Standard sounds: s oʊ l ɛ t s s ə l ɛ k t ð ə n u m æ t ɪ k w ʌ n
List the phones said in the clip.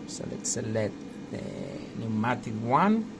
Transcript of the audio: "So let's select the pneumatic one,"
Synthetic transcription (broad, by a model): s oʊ l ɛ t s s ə l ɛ t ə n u m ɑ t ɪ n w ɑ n